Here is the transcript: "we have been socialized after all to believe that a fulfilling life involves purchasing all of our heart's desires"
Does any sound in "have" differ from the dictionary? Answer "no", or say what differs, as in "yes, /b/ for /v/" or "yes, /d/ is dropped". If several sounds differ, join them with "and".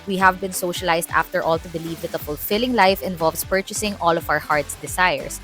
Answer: no